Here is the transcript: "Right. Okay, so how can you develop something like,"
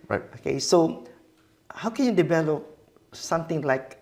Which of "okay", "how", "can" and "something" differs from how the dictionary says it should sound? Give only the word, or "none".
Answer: something